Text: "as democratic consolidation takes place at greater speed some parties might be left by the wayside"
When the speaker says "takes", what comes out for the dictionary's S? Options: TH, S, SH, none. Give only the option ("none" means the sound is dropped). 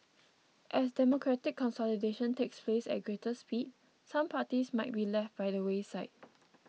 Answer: S